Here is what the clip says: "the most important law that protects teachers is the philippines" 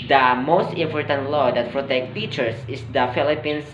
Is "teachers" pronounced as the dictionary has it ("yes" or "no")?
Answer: no